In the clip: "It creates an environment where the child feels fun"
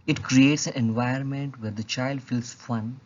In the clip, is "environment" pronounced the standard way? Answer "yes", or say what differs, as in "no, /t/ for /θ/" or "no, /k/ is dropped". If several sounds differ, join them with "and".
no, /ɹ/ is dropped